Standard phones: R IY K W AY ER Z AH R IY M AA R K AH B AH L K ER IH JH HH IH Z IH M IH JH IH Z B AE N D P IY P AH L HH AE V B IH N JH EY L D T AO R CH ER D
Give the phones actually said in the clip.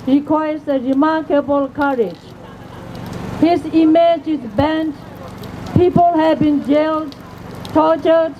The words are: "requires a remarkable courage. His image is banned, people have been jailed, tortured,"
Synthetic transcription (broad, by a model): R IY K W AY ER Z AH R IY M AA R K AH B AH L K ER IH JH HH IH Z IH M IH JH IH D B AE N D P IY P AH L HH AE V B IH N JH EY L D T AO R CH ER D